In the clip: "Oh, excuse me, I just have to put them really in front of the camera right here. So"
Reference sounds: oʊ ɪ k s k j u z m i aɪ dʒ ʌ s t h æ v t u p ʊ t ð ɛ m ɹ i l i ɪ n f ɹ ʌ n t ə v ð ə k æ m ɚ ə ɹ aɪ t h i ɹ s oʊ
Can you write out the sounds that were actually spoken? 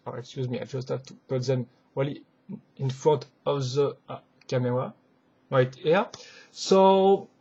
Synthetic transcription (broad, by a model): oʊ ɪ k s k j u z m i aɪ dʒ ʌ s t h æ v t u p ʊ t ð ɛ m w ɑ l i ɪ n f ɹ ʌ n t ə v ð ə k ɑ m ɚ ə ɹ aɪ t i s oʊ